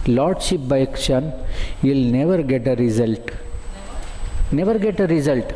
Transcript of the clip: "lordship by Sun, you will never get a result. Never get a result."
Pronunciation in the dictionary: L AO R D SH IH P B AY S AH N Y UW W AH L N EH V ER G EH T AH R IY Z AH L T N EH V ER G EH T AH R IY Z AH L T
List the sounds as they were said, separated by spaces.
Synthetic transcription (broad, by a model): L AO R D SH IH P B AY SH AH N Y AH L N EH V ER G EH T AH R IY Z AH L T N EH V ER G EH T AH R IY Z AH L T